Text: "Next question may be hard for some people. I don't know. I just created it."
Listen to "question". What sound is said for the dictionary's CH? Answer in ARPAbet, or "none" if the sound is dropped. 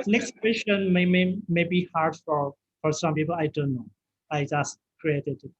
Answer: SH